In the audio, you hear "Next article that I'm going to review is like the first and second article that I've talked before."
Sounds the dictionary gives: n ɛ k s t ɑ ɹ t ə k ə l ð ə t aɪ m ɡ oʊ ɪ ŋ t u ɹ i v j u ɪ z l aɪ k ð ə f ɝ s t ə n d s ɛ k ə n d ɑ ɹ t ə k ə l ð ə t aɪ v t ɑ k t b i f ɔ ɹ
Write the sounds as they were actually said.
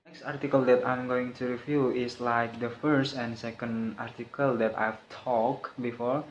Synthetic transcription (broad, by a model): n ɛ k s t ɑ ɹ t ə k ə l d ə t aɪ m ɡ oʊ ɪ ŋ t u ɹ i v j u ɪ s l aɪ k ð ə f ɝ s t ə n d s ɛ k ə n d ɑ ɹ t ə k ə l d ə t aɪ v t ɑ k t b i f ɔ ɹ